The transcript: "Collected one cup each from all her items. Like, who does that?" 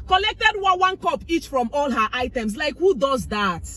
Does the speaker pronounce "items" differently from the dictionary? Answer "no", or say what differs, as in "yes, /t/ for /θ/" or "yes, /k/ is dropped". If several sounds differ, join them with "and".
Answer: yes, /s/ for /z/